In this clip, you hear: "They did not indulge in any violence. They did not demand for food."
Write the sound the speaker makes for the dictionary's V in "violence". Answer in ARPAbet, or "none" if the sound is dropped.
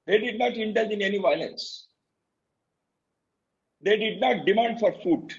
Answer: V